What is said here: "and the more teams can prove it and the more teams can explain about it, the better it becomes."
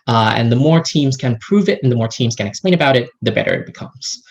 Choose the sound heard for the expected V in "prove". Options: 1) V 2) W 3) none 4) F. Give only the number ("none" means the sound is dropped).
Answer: 1